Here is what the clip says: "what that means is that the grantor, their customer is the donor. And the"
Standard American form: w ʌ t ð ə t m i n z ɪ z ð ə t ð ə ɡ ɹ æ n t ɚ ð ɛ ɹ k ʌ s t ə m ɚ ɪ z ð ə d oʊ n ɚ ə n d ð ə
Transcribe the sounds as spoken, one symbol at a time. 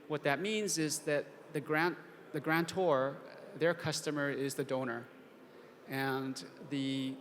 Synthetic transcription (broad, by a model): w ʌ t ð ə t m i n z ɪ z ð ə t ð ə ɡ ɹ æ n t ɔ ð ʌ ɹ k ʌ s t ə m ɚ ɪ z ð ə d oʊ n ɚ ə n ð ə